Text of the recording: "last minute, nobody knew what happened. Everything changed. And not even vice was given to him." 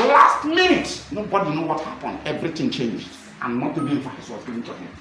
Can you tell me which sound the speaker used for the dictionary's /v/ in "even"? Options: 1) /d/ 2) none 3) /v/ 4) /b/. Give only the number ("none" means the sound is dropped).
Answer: 4